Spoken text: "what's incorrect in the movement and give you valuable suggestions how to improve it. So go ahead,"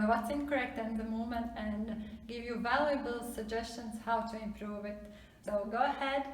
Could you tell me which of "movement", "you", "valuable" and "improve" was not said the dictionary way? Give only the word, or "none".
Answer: movement